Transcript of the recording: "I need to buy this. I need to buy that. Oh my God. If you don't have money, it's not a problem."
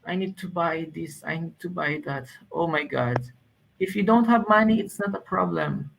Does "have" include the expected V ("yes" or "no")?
yes